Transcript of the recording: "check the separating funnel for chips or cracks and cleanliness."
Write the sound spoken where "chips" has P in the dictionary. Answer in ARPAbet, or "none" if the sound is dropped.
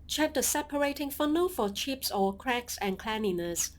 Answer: P